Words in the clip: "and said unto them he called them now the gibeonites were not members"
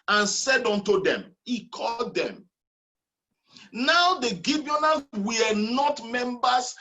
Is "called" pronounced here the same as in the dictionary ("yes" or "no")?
yes